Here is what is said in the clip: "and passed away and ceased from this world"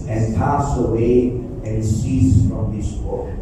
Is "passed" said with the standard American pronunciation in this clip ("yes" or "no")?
no